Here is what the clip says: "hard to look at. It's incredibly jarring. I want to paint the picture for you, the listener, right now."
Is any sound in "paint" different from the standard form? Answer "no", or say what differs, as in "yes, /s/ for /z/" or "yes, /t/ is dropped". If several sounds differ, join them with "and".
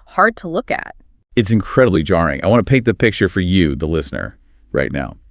yes, /n/ is dropped